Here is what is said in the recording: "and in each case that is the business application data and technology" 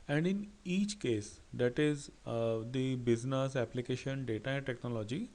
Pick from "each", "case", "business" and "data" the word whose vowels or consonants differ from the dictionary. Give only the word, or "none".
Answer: none